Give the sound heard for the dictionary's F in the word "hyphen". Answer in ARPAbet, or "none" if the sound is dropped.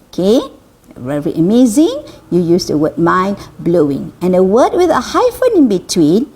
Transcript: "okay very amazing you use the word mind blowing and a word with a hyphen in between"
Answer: F